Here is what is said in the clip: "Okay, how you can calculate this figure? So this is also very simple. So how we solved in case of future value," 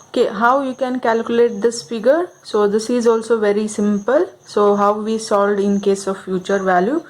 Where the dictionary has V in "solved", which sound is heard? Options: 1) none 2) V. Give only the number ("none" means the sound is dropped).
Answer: 1